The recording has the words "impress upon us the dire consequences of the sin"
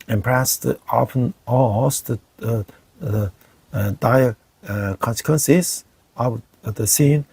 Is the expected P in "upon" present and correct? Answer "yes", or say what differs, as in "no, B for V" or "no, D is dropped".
no, F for P